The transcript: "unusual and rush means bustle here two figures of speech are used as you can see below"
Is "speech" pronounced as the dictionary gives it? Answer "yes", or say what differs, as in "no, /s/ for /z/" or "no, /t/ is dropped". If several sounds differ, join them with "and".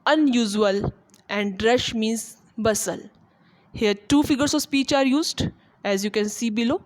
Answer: yes